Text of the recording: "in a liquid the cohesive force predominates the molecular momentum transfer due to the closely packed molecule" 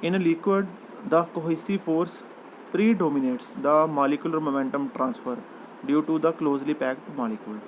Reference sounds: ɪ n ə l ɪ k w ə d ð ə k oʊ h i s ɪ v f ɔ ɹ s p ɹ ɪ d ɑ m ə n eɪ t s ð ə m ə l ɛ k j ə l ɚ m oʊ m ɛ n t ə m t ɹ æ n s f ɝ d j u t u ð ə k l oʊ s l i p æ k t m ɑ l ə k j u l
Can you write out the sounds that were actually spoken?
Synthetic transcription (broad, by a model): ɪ n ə l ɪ k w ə d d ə k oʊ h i s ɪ f ɔ ɹ s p ɹ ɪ d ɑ m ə n eɪ t s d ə m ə l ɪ k j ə l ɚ m oʊ m ɛ n t ə m t ɹ æ n s f ɝ d j u t u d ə k l oʊ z l i p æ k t m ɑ l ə k j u l